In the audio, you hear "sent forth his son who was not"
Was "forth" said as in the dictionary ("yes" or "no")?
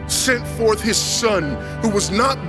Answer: yes